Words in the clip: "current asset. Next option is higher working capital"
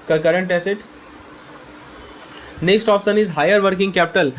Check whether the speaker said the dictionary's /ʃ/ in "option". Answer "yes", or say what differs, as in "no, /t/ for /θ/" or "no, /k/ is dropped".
no, /s/ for /ʃ/